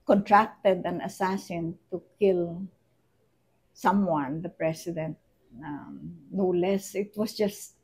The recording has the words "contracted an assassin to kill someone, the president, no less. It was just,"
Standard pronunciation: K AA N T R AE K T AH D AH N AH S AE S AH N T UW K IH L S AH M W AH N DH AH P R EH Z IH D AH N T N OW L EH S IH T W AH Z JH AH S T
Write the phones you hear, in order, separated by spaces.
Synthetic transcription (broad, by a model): K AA N T R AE K T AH D AH N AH S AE S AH N T UW K IH L S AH M W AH N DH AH P R EH S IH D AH N T N OW L EH S IH T W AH S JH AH S T